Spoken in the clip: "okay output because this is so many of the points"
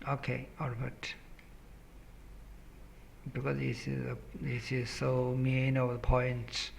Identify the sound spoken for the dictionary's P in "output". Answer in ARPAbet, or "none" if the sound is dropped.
B